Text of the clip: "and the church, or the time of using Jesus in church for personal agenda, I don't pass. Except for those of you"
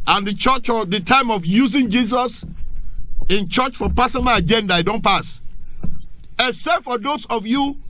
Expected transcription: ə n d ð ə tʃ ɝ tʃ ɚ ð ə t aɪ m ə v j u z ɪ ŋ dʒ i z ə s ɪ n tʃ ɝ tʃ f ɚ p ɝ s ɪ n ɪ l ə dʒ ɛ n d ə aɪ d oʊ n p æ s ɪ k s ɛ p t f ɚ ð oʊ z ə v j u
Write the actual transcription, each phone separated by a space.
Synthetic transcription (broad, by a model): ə n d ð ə tʃ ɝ tʃ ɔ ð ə t aɪ m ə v j u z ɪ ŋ dʒ i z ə s ɪ n tʃ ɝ tʃ f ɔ p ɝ s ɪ n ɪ l ə dʒ ɛ n d ə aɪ d oʊ n p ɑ s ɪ s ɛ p f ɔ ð oʊ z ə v j u